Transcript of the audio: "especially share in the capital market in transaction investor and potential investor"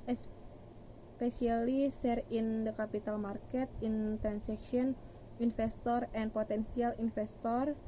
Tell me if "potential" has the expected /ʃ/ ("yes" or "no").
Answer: no